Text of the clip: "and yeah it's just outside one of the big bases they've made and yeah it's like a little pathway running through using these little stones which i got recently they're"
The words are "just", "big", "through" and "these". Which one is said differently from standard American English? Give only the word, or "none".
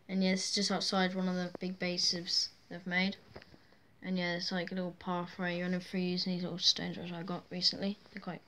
through